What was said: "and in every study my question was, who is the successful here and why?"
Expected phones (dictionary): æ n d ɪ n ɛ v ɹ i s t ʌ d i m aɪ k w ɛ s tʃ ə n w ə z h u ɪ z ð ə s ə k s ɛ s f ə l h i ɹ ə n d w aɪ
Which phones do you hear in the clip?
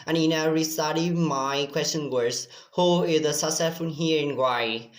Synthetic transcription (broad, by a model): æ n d ɪ n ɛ ɹ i s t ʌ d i m aɪ k w ɛ s tʃ ə n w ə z h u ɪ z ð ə s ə s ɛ f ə n h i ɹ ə n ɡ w aɪ